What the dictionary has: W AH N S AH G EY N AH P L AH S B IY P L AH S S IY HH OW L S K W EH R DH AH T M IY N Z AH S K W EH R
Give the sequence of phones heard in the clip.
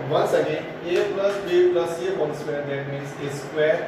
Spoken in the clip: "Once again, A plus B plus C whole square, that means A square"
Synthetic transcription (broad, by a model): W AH N S AH G EY N AH P L AH S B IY P L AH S S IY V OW N S K W EH R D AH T M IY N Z AH S K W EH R